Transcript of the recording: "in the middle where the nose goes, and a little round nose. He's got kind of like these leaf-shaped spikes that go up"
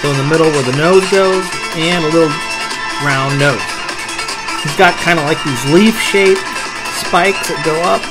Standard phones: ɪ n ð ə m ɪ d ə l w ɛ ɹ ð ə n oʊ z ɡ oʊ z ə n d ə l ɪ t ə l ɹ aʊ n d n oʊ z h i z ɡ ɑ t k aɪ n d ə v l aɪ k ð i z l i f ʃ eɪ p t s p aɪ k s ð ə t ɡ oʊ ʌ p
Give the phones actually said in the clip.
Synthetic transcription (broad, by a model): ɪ n ð ə m ɪ d l w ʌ ɹ ð ə n oʊ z ɡ oʊ z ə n ə l ɪ t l ɹ aʊ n n oʊ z h i z ɡ ɑ t k aɪ n d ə l aɪ k ð i z l i f ʃ eɪ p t s p aɪ k s ð ə t ɡ oʊ ʌ p